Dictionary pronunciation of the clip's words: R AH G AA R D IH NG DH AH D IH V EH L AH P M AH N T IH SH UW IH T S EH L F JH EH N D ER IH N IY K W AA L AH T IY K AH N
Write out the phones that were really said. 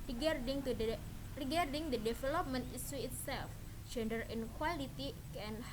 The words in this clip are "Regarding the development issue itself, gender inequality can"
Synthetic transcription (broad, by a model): R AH G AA R D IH NG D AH D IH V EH L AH P M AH N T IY S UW IH T S EH L F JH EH N D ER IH N K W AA L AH T IY K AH N